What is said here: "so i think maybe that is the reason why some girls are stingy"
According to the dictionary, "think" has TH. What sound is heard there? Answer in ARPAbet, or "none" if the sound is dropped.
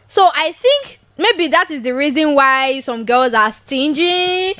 TH